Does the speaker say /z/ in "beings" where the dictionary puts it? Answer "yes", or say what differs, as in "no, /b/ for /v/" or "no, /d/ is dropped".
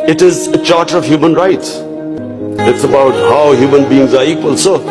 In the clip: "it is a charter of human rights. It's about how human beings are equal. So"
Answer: yes